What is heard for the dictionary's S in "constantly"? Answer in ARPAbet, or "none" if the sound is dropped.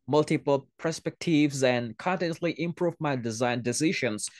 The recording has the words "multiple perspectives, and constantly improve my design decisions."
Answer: none